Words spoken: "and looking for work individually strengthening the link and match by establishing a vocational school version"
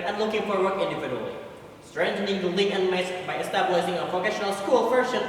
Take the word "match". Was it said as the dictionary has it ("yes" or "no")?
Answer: no